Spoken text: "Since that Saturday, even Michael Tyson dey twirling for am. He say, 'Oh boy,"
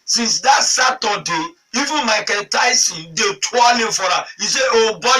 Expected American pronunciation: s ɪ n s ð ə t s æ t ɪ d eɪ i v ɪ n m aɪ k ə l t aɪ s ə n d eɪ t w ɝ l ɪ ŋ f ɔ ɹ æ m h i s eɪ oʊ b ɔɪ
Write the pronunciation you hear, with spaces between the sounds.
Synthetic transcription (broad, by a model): s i n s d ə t s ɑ t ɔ d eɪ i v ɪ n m aɪ k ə n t aɪ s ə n d eɪ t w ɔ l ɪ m f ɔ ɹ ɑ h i s eɪ oʊ b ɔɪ